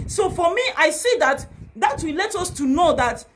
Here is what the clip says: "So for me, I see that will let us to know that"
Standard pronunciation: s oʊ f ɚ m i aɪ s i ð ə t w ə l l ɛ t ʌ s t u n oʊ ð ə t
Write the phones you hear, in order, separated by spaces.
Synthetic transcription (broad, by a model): s oʊ f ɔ m i aɪ s i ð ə t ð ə w l ɛ t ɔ s t u n oʊ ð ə t